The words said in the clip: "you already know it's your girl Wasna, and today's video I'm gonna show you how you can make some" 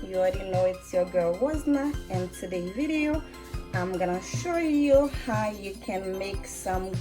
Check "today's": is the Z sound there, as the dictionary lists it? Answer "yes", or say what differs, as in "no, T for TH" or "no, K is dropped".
no, Z is dropped